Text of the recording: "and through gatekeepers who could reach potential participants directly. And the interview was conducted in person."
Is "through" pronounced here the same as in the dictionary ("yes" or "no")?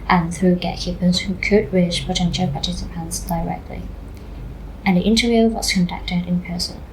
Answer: yes